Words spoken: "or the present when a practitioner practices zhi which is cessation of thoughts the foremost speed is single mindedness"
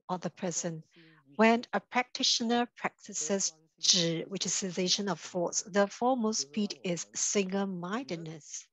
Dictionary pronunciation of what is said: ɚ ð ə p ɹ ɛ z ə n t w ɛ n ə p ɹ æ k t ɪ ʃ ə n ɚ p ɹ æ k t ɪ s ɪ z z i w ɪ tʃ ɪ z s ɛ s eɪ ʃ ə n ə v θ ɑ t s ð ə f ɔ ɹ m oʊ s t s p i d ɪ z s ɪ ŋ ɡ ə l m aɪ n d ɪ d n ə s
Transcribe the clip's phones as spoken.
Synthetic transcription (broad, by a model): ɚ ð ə p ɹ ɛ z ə n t w ɛ n ə p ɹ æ k t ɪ ʃ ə n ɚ p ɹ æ k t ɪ s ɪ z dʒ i w ɪ tʃ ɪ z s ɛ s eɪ ʃ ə n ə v f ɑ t s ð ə f ɔ m oʊ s s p i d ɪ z s ɪ ŋ ɡ ə l m aɪ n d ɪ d n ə s